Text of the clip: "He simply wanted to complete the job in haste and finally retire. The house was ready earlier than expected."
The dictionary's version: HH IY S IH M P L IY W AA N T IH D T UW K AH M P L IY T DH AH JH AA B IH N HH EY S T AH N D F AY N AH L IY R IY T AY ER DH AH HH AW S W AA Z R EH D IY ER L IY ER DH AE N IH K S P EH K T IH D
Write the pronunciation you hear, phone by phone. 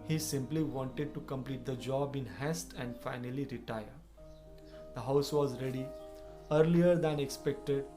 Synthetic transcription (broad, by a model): HH IY S IH M P L IY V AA N T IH D T UW K AH M P L IY T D AH JH AA B IH N HH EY S T AH N D F AY N AH L IY R IY T AY ER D AH HH AW S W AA Z R EH D IY ER L IY ER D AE N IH K S P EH K T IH D